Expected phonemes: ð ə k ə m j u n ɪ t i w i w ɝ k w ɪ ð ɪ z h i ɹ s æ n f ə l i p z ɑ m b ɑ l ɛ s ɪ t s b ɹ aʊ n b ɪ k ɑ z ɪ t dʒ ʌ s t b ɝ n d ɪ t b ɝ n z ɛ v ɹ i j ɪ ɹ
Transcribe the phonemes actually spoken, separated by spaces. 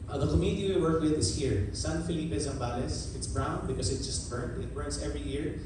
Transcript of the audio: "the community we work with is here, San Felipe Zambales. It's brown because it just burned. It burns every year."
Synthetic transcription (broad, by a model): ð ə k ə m j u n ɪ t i w i w ɝ k w ɪ ð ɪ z h i ɹ s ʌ n f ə l i p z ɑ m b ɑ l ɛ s ɪ t s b ɹ aʊ n b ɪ k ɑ s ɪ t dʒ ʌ s t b ɝ n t ɪ t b ɝ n s ɛ v ɹ i j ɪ ɹ